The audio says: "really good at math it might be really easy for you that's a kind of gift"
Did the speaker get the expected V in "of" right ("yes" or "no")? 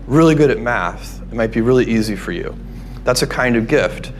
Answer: yes